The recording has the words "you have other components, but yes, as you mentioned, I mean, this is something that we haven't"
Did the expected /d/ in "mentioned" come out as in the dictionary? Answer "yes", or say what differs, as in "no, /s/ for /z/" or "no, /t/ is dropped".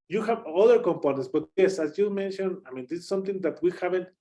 no, /d/ is dropped